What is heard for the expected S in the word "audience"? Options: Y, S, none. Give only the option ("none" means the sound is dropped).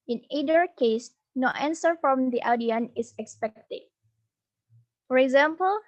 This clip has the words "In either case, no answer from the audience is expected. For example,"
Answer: none